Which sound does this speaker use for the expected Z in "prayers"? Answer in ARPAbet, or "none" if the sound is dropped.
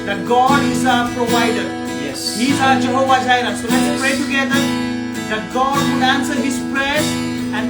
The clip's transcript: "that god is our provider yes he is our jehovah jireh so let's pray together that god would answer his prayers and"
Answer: none